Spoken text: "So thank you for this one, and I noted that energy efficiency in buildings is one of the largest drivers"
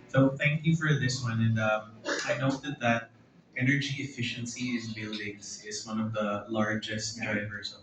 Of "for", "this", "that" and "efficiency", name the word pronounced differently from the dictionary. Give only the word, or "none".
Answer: none